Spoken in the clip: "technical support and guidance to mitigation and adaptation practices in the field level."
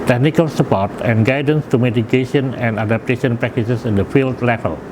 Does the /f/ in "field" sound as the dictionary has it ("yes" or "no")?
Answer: yes